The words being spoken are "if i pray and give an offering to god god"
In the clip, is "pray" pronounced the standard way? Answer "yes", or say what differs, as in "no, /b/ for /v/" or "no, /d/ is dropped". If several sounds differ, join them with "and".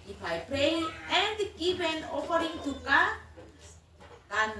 no, /ɹ/ is dropped